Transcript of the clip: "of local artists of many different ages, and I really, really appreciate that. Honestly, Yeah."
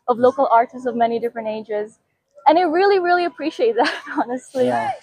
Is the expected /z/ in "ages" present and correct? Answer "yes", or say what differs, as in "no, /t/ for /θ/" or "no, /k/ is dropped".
yes